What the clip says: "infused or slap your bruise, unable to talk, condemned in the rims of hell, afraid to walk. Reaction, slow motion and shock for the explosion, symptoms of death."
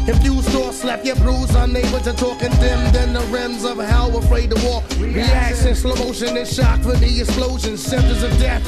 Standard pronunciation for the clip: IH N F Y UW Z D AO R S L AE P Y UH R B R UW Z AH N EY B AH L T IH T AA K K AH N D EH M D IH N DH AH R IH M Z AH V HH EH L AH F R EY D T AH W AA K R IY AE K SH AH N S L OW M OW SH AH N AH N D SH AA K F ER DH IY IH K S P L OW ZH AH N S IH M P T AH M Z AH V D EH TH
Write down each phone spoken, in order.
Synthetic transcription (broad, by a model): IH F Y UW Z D AO R S L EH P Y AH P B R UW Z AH N EY B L T IH T AA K K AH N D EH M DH IH N DH AH R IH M Z AH V HH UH W AH F R EY D T AH W AA K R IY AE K S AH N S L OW M OW SH AH N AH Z SH AA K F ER DH IY IH K S P L OW ZH AH N S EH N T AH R Z AH V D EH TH